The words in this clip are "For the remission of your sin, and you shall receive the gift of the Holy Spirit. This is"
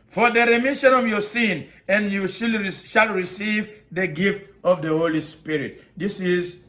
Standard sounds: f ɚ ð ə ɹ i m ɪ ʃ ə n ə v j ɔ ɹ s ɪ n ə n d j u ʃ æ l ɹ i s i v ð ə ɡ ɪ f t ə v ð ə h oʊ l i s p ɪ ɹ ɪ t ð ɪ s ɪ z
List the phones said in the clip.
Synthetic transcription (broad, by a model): f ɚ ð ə ɹ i m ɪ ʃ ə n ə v j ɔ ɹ s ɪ n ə n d j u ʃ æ l ɹ i s i v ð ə ɡ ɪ f t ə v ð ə h oʊ l i s p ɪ ɹ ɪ t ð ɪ s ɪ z